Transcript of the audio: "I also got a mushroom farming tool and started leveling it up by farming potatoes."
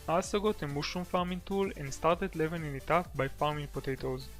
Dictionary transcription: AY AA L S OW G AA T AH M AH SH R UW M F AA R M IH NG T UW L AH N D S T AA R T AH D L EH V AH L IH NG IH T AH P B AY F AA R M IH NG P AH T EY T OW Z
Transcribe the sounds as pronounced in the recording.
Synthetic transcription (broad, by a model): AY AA S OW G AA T AH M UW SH UW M F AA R M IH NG T UW L AH N D S T AA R T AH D L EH V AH N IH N IH T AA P B AY F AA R M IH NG P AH T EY T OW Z